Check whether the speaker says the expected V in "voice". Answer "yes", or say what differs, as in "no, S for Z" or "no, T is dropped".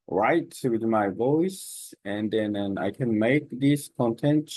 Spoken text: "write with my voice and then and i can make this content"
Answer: yes